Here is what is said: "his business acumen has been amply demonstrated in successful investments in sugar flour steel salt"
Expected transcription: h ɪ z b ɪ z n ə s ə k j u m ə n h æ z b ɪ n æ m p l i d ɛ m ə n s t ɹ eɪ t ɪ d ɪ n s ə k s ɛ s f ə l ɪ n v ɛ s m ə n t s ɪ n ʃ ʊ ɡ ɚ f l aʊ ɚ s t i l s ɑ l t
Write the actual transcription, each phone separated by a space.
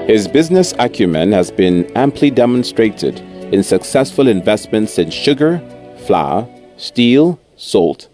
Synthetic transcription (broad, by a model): h ɪ z b ɪ z n ə s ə k j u m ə n h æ z b ɪ n æ m p l i d ɛ m ə n s t ɹ eɪ t ɪ d ɪ n s ə k s ɛ s f ə l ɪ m v ɛ s m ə n t s ɪ n ʃ ʊ ɡ ɚ f l aʊ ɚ s t i l s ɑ l t